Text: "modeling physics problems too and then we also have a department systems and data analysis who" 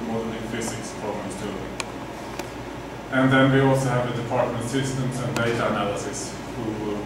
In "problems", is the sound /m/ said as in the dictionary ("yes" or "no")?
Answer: no